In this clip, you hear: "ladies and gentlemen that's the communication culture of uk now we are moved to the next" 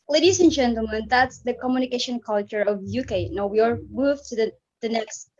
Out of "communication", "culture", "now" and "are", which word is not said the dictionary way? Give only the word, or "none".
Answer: none